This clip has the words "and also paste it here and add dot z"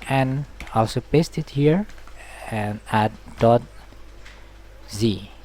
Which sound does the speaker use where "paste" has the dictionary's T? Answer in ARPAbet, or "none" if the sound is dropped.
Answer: T